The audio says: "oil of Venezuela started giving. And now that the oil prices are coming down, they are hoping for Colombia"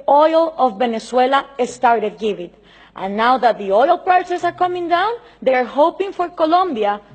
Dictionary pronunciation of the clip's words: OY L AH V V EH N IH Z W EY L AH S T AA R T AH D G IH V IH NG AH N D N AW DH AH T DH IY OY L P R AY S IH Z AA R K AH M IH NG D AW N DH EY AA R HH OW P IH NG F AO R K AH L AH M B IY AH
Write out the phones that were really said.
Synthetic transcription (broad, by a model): OY L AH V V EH N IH S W EY L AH S T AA R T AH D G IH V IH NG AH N N AW DH AH T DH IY OY L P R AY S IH S AA R K AH M IH NG D AW N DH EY AA R HH OW P IH NG F AO R K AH L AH M B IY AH